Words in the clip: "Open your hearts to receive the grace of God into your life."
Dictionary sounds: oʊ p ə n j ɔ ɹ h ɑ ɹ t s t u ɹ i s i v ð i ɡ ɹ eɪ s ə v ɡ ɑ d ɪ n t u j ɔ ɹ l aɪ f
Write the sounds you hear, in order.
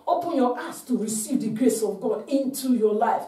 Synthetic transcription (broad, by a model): oʊ p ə n j ɔ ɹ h ɑ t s t u ɹ i s i v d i ɡ ɹ eɪ s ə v ɡ ɑ d ɪ n t u j ɔ l aɪ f